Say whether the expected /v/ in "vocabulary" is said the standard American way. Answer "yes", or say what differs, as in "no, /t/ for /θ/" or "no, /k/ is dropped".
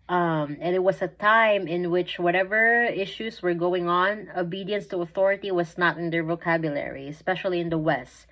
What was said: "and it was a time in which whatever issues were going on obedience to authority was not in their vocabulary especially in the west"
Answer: yes